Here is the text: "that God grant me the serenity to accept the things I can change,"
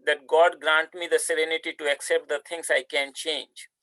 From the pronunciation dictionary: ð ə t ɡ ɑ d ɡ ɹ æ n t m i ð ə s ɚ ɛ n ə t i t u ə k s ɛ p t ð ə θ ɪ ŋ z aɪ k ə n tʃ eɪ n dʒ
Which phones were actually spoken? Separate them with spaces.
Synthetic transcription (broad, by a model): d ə t ɡ ɑ d ɡ ɹ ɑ n t m i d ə s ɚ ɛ n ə t i t u ə k s ɛ p t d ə t ɪ ŋ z aɪ k ə n tʃ eɪ n dʒ